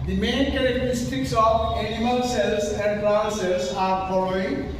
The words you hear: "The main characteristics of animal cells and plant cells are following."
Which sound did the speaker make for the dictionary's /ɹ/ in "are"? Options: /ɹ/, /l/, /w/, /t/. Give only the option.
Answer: /ɹ/